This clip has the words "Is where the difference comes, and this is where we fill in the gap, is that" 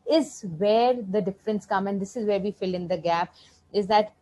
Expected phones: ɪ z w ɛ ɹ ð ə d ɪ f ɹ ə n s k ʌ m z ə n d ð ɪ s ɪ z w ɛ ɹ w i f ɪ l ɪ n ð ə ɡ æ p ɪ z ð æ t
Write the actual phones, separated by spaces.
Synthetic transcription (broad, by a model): ɪ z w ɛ ɹ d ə d ɪ f ɹ ə n s k ʌ m ə n d ɪ s ɪ z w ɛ ɹ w i f ɪ l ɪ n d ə ɡ æ p ɪ z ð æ t